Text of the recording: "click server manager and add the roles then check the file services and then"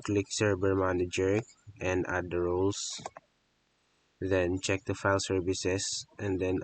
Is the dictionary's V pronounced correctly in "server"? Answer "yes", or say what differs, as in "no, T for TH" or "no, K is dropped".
no, B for V